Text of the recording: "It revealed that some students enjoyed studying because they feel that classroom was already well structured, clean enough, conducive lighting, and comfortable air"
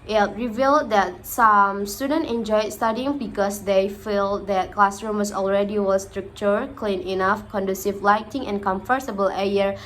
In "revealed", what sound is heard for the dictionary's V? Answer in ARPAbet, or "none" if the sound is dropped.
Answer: V